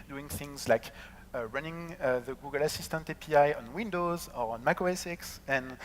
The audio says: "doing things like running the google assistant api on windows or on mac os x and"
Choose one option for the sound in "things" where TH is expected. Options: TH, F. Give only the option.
TH